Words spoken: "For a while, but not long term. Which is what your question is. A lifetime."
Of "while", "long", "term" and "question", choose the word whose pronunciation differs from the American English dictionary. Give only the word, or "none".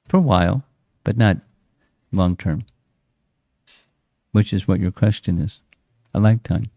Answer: none